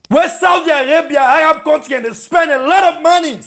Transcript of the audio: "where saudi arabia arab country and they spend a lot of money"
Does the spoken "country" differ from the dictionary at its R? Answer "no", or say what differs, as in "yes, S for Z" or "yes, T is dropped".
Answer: yes, R is dropped